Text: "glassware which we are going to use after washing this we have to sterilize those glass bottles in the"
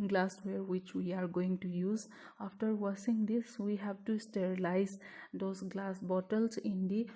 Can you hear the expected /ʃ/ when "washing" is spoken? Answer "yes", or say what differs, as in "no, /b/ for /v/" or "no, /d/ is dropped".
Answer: no, /s/ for /ʃ/